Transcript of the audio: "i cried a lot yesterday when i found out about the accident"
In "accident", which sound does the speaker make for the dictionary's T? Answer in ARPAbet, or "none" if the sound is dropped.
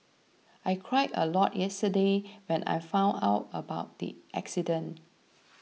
none